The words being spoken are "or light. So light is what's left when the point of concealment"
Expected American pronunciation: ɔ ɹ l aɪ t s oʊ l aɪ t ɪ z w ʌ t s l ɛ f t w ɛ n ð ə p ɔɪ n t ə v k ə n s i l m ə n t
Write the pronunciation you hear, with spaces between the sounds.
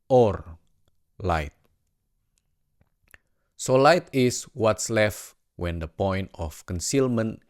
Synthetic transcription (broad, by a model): ɔ ɹ l aɪ t s oʊ l aɪ t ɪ s w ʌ t s l ɛ f t w ɛ n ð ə p ɔɪ n t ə f k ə n s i l m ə n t